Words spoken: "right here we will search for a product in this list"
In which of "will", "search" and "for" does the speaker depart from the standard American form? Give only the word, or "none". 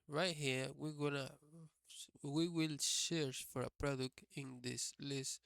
search